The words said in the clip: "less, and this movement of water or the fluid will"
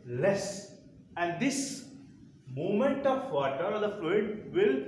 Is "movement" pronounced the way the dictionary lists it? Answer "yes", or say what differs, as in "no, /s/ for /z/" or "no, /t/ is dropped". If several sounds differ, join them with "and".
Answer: no, /v/ is dropped